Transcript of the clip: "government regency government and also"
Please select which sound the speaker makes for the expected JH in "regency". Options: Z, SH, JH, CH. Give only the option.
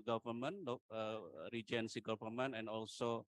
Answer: JH